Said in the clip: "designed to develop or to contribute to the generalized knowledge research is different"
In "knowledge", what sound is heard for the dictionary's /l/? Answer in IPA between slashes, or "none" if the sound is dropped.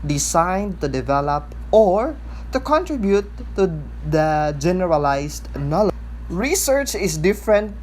/n/